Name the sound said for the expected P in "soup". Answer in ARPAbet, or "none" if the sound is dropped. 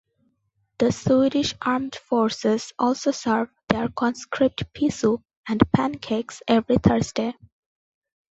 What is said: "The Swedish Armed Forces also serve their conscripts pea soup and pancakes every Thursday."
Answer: none